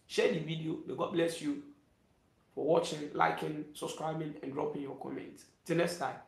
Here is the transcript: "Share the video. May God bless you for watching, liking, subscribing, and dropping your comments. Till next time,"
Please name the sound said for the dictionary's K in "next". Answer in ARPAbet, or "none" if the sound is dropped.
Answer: none